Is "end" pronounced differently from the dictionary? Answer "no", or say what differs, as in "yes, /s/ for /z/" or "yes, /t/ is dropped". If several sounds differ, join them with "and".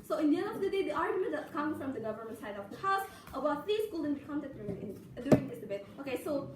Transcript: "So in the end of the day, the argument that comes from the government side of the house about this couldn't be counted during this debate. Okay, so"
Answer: yes, /d/ is dropped